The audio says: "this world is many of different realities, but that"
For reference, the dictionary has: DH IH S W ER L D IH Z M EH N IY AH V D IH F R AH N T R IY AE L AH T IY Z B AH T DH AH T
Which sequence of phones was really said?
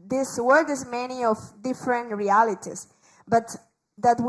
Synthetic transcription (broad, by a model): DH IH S W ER D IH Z M EH N IY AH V D IH F R AH N T R IY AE L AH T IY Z B AH T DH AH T